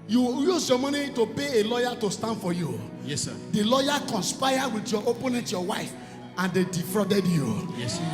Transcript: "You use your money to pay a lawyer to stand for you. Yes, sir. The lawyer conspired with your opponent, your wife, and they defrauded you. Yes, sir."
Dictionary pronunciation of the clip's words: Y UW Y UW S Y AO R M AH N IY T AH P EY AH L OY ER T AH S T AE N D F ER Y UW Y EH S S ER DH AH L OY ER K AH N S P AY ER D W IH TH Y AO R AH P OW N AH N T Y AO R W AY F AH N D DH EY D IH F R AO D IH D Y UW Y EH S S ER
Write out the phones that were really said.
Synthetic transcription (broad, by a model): Y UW Y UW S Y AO M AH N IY T AH P EY AH L OY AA T AH S T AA N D F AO Y UW Y EH S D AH L OY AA K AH N S P AY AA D W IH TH Y AO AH P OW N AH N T Y AO W AY F AH N D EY D IH F R AO D IH D Y UW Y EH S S